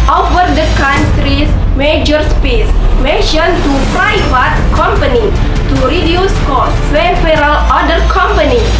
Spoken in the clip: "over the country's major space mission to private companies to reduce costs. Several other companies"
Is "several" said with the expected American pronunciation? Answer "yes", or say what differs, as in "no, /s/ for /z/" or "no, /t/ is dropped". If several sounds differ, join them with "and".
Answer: no, /v/ is dropped